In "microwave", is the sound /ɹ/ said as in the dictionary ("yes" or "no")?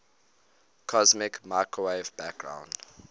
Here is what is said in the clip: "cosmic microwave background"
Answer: no